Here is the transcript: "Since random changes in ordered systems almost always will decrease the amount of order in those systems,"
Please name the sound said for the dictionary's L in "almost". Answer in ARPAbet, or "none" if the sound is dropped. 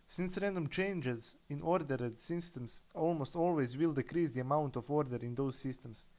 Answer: L